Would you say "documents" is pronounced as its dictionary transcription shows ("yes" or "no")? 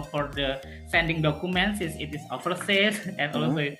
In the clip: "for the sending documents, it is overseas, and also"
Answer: no